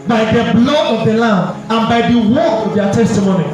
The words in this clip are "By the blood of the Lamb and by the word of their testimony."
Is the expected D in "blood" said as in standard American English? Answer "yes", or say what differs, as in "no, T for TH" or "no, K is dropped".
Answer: no, D is dropped